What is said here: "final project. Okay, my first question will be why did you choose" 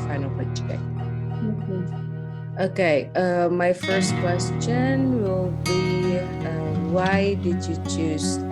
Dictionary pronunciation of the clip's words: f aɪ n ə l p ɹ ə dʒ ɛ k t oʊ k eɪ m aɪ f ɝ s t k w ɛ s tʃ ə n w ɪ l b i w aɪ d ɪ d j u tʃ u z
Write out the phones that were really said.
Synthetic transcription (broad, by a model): f aɪ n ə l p ə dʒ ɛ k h oʊ k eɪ m aɪ f ɝ s t k w ɛ s tʃ ə n w ɪ l b i w aɪ d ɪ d j u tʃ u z